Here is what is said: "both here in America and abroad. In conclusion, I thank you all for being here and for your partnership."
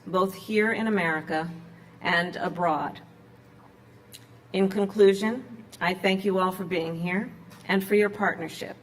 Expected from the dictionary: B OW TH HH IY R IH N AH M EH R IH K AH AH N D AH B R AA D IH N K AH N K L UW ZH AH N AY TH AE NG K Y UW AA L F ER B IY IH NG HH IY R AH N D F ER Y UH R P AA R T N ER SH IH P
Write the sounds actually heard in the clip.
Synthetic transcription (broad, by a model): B OW TH HH IY R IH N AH M EH R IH K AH AH N D AH B R AA D IH N K AH N K L UW ZH AH N AY TH AE NG K Y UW AA L F ER B IY IH NG HH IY R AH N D F ER Y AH R P AA R T N ER SH IH P